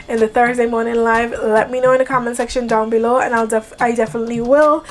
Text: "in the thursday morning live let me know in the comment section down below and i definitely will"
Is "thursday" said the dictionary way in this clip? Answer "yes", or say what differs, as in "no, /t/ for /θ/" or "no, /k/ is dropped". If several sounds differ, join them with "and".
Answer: yes